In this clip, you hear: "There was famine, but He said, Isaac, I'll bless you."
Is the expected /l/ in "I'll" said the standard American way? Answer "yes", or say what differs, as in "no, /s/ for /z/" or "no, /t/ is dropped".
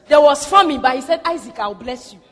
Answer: no, /w/ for /l/